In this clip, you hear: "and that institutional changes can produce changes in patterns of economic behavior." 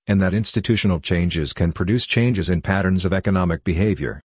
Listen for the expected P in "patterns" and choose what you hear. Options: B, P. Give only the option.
P